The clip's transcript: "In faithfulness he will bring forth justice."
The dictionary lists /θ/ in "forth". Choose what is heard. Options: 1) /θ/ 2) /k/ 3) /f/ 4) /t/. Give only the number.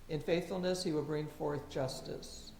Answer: 1